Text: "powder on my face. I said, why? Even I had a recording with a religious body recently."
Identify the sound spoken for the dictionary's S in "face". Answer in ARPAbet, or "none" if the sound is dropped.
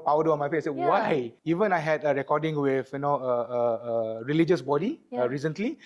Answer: none